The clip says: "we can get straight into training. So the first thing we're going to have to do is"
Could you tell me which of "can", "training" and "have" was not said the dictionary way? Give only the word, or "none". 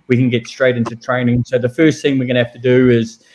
have